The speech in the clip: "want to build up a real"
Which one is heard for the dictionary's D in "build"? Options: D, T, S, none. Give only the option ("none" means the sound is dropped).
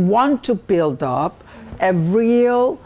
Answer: D